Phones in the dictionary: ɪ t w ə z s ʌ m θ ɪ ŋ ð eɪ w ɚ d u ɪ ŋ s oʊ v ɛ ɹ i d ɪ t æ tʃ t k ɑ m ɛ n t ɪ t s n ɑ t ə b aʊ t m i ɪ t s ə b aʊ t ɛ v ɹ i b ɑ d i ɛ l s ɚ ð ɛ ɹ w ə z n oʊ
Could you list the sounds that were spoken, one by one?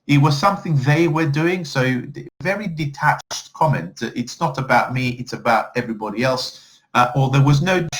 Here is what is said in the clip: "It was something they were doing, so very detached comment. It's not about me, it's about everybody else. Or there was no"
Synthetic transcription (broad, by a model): ɪ t w ə z s ʌ m θ ɪ ŋ ð eɪ w ɚ d u ɪ ŋ s oʊ v ɛ ɹ i d ɪ t æ tʃ t k ɑ m ɛ n t ɪ t s n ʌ t ə b aʊ t m i ɪ t s ə b aʊ t ɛ v ɹ i b ɑ d i ɛ l s ɚ ð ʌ ɹ w ə z n oʊ